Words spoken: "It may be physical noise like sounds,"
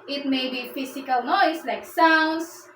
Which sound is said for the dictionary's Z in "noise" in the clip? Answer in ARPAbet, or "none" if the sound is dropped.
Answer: S